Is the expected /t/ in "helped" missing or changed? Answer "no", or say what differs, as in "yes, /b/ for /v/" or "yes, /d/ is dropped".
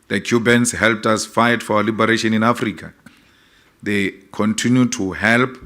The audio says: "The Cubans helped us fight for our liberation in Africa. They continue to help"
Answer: no